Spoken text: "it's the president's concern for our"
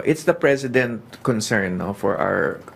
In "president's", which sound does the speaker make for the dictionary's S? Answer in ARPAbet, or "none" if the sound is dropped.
none